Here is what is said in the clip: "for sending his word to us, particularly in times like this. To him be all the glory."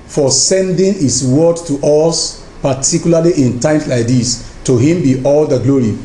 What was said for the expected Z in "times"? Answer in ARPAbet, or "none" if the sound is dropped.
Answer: S